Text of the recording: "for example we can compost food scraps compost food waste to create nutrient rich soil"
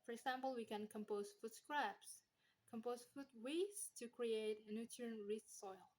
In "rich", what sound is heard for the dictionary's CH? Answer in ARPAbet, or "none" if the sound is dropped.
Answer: S